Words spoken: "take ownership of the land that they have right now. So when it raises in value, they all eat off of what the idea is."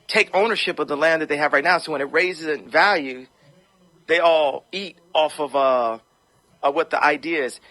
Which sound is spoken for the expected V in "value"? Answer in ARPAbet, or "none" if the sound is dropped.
V